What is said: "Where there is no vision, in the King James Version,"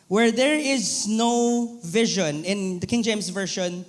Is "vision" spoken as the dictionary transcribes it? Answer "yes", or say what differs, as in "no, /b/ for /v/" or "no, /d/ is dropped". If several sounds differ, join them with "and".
yes